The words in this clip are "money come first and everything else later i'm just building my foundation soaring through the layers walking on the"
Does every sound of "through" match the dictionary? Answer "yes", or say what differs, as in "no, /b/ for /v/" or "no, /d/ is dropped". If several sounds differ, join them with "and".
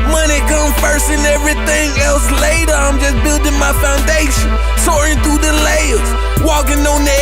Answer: no, /ɹ/ is dropped